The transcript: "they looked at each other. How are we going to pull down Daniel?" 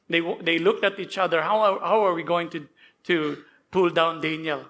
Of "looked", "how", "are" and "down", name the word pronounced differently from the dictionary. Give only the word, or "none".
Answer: none